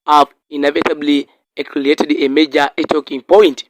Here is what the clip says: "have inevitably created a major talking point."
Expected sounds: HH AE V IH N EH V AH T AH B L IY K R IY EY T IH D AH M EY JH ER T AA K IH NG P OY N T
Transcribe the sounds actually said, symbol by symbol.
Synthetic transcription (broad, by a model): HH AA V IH N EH V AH T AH B L IY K L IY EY T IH D AH M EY JH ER T AA K IH NG P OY N T